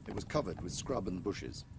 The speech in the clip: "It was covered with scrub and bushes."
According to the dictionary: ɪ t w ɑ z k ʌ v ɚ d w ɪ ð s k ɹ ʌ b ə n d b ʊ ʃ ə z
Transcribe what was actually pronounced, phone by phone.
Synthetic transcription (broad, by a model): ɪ t w ɑ z k ʌ v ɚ d w ɪ ð s k ɹ ʌ b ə n b ʊ ʃ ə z